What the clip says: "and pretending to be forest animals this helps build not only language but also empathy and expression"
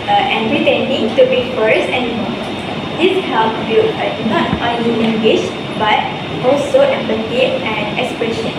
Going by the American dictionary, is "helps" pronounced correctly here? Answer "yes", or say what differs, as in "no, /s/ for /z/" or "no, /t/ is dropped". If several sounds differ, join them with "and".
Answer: no, /s/ is dropped